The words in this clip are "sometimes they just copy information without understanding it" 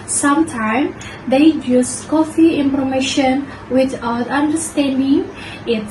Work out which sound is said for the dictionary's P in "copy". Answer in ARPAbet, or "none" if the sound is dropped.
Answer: F